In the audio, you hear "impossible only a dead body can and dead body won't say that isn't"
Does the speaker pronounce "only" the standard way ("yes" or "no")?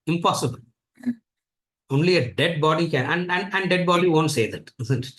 yes